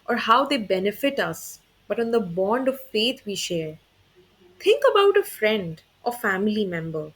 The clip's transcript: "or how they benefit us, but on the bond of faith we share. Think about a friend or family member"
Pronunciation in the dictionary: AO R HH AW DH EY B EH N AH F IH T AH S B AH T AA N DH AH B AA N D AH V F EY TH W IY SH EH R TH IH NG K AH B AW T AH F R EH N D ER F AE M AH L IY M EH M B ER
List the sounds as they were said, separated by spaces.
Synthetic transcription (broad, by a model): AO R HH AW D EY B EH N AH F IH T AH S B AH T AA N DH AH B AA N D AH V F EY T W IY SH EH R T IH NG K AH B AW T AH F R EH N D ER F AE M AH L IY M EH M B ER